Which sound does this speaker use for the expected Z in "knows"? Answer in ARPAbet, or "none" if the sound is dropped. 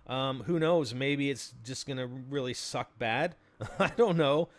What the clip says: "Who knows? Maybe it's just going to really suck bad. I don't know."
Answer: Z